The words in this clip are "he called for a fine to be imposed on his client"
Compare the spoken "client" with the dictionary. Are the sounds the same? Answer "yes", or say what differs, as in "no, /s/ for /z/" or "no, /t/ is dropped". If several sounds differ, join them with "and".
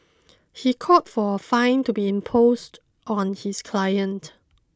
yes